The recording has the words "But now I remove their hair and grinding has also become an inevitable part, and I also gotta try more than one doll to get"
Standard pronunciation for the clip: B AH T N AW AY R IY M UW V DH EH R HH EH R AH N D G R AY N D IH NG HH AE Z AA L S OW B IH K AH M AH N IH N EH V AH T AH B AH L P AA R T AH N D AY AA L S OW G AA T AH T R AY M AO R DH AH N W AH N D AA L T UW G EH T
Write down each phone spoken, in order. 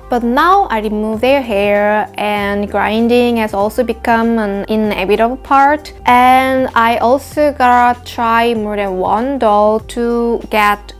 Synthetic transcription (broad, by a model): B AH T N AW AY R IY M UW V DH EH R HH EH R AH N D G R AY N D IH NG HH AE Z AA L S OW B IH K AH M AH N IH N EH B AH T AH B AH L P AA R T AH N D AY AA L S OW G AA T AH T R AY M AO R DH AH N W AH N D AA L T UW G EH T